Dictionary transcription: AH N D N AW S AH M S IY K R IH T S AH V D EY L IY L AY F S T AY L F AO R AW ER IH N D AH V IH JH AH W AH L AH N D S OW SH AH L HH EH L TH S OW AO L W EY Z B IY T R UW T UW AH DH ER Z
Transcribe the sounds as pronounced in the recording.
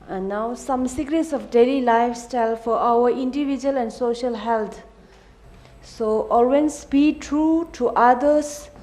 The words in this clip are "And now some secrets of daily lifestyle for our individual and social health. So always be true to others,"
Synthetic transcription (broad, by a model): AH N N AW S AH M S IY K R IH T S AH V D EY L IY L AY F S T AY L F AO R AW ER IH N D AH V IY JH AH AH L AH N D S OW SH AH L HH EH L T S OW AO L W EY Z B IY T R UW T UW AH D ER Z